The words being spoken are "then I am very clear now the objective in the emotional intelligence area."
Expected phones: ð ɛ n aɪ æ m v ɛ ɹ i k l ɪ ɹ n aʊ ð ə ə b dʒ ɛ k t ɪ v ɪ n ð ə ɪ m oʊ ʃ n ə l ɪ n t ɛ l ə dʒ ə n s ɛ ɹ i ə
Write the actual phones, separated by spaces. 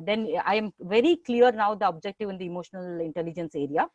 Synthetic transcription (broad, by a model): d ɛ n aɪ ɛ m v ɛ ɹ i k l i ɹ n aʊ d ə ə b dʒ ɛ k t ɪ v ɪ n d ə ɪ m oʊ ʃ n ə l ɪ n t ɛ l ə dʒ ə n s ɛ ɹ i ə